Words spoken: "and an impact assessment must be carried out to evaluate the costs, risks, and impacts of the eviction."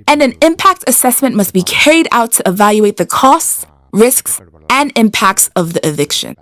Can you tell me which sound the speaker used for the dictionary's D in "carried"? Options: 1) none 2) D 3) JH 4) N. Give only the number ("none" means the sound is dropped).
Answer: 2